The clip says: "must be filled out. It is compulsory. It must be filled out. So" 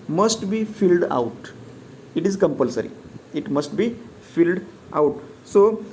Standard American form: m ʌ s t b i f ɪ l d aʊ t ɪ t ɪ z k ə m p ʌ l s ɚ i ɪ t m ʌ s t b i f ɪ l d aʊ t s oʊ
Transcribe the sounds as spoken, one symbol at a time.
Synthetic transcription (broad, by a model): m ʌ s t b i f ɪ l d aʊ t ɪ t ɪ z k ə m p ʌ l s ɚ i ɪ t m ʌ s t b i f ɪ l d aʊ t s oʊ